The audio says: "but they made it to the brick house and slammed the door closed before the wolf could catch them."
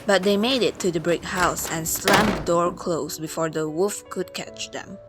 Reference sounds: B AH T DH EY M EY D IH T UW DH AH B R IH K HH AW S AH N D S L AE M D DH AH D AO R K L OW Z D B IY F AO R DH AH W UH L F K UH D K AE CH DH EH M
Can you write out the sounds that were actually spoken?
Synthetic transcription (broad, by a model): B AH T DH EY M EY D IH T UW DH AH B R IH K HH AW S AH N S L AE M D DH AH D AO R K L OW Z B IY F AO R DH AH W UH F K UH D K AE CH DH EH M